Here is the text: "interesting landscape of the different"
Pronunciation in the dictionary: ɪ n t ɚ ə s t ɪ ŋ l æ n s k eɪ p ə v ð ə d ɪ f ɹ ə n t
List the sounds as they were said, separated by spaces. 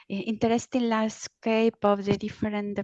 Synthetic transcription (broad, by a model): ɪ n t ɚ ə s t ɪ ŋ l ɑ s k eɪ p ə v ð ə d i f ɹ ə n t